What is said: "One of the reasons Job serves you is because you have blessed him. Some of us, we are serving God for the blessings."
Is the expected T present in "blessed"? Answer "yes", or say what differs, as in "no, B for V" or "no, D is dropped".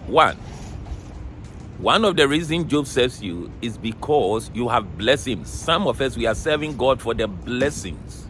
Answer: no, T is dropped